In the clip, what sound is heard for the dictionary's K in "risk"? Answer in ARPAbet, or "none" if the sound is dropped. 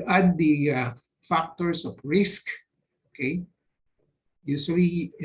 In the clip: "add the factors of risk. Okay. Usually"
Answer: K